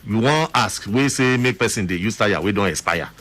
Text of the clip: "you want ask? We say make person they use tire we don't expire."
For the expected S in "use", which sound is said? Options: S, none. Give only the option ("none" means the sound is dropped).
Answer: S